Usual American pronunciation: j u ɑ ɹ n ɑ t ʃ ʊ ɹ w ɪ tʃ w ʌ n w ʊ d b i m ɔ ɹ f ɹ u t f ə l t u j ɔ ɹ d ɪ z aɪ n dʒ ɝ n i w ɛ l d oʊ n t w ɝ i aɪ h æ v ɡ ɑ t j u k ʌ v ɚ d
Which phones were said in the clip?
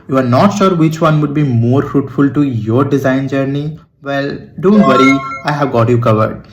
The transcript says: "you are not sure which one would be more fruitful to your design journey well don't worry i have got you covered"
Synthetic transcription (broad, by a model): j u ɑ ɹ n ɑ t ʃ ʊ ɹ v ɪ tʃ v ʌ n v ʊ d b i m ɔ ɹ f ɹ u t f ə l t u j ɔ ɹ d ɪ z aɪ n dʒ ɝ n i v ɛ l d oʊ n t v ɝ i aɪ h æ v ɡ ɑ t j u k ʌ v ɚ d